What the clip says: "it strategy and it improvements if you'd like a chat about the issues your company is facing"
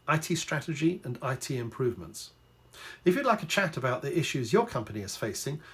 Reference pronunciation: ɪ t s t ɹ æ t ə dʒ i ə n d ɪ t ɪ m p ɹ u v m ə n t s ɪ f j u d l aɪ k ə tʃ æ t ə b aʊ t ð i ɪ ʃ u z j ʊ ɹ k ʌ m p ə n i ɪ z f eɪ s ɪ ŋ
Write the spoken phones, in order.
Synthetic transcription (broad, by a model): ɪ t s t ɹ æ t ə dʒ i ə n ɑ ɪ t ɪ m p ɹ u v m ə n t s ɪ f j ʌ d l aɪ k ə tʃ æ t ə b aʊ t ð i ɪ ʃ u z j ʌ k ʌ m p ə n i ɪ z f eɪ s ɪ ŋ